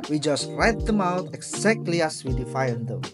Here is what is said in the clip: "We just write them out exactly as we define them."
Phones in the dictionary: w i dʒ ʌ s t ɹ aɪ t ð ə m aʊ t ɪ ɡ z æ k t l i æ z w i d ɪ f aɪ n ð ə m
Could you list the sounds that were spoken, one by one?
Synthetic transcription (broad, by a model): w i dʒ ʌ s t ɹ aɪ t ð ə m aʊ t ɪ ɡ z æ k t l i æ s w i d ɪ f aɪ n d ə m